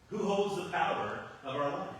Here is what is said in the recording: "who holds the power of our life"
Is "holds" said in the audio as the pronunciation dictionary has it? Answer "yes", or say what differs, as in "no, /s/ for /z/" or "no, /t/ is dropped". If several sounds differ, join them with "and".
yes